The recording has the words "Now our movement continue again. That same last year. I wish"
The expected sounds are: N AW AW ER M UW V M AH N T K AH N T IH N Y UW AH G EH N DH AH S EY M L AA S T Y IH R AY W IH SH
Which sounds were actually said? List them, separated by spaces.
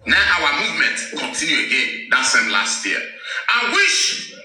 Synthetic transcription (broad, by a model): N AW AW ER M UW V M AH N T K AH N T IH N Y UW AH G EH N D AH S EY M L AA S T Y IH AY W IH SH